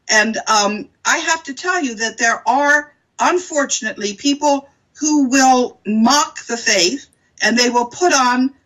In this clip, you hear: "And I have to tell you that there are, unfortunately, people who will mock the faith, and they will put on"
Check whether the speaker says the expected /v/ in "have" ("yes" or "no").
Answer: no